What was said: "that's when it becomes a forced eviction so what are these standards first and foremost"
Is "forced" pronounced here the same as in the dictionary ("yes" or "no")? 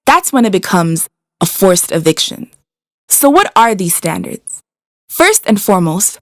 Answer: yes